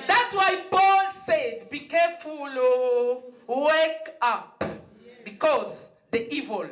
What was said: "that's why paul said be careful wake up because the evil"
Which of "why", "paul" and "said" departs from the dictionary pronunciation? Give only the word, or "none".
paul